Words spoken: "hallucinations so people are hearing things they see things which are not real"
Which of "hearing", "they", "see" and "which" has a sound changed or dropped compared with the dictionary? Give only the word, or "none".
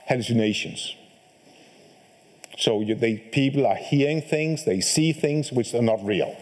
none